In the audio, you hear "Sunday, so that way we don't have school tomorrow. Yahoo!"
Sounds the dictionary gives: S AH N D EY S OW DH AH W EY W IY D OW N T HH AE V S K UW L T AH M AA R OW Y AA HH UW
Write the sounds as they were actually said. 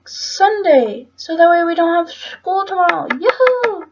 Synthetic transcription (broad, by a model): S AH N D EY S OW DH AH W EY W IY D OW N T HH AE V S K UW L T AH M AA IH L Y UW